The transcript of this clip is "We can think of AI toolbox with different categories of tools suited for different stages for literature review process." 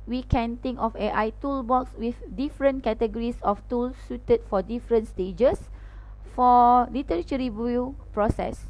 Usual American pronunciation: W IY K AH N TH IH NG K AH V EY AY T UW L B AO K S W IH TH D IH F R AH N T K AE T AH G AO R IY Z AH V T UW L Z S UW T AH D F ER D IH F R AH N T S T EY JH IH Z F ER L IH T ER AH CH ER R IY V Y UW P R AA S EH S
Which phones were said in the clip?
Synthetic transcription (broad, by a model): W IY K AH N T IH NG K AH F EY AY T UW L B AO K S W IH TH D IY F R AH N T K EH T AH G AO R IY S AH F T UW L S UW T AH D F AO D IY F R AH N T S T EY JH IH S F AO L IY T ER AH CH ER R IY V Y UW P R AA S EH S